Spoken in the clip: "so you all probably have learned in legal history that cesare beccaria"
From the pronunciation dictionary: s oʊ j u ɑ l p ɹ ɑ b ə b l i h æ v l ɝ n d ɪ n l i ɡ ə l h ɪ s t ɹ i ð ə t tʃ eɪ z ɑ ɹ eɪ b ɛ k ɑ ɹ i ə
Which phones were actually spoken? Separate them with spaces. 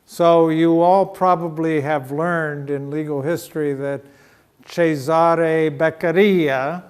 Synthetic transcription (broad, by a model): s oʊ j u ɑ l p ɹ ɑ b ə b l i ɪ v l ɝ n d ɪ n l i ɡ l h ɪ s t ɹ i ð ə t tʃ eɪ z ɑ ɹ eɪ b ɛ k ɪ ɹ i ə